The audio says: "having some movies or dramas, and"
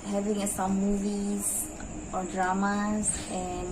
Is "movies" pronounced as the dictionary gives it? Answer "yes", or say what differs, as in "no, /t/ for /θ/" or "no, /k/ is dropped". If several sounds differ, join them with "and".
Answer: yes